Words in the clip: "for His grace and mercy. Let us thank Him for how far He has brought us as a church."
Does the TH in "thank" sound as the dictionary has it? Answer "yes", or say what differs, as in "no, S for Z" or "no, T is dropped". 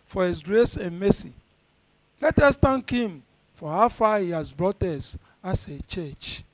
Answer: no, T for TH